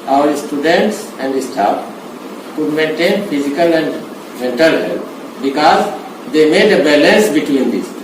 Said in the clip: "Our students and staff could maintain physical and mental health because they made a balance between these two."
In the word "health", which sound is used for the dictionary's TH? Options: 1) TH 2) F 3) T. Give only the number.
3